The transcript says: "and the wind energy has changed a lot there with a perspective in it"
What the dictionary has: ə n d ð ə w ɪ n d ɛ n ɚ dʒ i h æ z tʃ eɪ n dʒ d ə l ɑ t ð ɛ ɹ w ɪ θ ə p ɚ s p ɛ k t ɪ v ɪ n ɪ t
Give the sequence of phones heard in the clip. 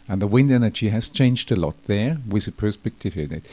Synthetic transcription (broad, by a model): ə n ð ə w ɪ n d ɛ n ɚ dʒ i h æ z tʃ eɪ n dʒ d ə l ɑ t ð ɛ ɹ w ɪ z ə p ɚ s p ɛ k t ɪ v ɪ n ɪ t